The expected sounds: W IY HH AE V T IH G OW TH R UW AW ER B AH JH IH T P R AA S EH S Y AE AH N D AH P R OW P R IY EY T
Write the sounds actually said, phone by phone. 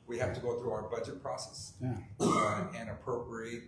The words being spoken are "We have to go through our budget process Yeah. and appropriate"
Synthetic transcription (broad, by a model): W IY HH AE F T IH G OW TH R UW AW ER B AH JH IH T P R AA S EH S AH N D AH P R OW P R IY EY T